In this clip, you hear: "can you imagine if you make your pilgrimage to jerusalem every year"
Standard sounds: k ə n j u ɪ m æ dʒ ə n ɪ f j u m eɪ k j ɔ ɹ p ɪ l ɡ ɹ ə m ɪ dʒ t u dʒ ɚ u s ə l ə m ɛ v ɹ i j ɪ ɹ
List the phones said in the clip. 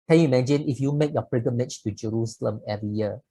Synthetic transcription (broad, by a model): k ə n j u m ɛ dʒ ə n ɪ f j u m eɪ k j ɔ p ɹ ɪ ɡ ə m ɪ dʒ t u dʒ ɚ u s ə l ə m ɛ v ɹ i j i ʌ